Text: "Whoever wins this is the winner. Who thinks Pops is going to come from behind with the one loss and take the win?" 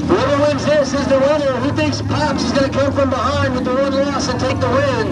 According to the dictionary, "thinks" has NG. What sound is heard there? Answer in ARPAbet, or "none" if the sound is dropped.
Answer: none